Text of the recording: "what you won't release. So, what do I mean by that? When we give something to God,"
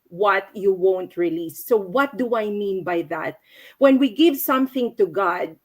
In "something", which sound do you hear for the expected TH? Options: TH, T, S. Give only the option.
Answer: TH